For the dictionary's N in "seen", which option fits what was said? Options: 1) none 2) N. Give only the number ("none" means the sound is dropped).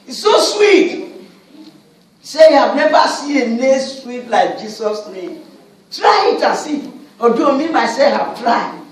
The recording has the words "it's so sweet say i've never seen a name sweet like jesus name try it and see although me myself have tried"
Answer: 1